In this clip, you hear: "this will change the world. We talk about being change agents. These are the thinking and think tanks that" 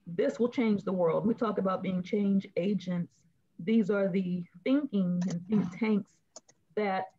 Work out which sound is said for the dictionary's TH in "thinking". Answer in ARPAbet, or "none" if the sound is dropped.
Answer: TH